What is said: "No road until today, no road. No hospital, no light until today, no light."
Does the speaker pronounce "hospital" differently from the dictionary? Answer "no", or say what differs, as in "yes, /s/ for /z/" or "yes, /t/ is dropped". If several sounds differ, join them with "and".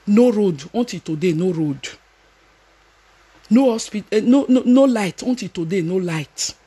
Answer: yes, /n/ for /l/